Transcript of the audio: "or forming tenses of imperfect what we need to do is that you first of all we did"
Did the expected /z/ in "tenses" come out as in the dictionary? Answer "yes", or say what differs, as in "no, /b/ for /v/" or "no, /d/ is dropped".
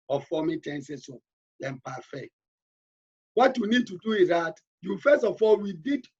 no, /s/ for /z/